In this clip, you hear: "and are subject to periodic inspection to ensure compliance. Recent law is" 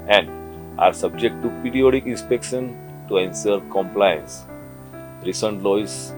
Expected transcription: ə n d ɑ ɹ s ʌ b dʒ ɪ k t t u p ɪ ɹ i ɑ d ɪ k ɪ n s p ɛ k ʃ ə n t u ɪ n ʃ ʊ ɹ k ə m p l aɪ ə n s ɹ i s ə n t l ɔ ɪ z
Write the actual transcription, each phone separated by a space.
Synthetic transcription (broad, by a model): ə n d ɑ ɹ s ʌ b dʒ ɪ k t t u p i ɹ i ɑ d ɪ k ɪ n s p ɛ k ʃ ə n t u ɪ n s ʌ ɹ k ə m p l aɪ ə n s ɹ i s ə n t l ɔ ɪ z